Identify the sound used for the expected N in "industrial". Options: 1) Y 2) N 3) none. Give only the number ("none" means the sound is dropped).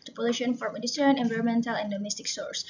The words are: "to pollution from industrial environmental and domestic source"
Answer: 3